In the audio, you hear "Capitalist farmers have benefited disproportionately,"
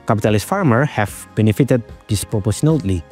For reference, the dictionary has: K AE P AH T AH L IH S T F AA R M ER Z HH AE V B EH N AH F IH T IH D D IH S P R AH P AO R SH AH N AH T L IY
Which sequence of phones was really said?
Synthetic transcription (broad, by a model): K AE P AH T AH L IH S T F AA R M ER HH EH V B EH N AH F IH T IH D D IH S P R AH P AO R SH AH N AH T L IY